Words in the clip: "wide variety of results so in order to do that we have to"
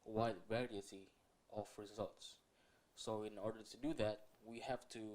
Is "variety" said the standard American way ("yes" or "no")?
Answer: no